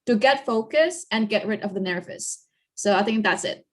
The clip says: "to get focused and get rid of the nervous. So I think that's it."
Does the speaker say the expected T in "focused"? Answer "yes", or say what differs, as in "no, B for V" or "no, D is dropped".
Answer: no, T is dropped